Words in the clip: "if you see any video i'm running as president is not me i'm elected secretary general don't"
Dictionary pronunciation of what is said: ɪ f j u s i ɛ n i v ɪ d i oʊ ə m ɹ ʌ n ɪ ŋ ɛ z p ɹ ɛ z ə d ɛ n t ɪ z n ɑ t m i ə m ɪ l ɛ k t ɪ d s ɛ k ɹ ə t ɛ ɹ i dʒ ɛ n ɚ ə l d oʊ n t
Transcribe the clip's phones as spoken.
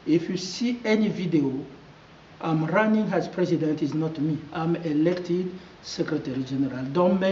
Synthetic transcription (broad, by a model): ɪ f j u s i ɛ n i v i d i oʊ ə m ɹ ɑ n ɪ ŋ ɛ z p ɹ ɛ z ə d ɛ n t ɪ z n ɑ t m i ə m ɪ l ɛ k t ɪ d s ɛ k ɹ ə t ɛ ɹ i dʒ ɛ n ɚ ə l d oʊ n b